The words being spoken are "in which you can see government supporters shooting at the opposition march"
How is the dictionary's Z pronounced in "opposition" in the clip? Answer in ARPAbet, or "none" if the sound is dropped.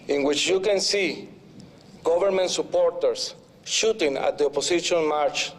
S